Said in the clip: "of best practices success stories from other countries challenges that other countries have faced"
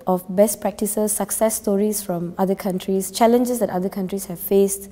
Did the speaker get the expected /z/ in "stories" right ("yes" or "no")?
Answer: no